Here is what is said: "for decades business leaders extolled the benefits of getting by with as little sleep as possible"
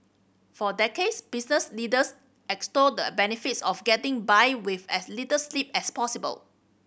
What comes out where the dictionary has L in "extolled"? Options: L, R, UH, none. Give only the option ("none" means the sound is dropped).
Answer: none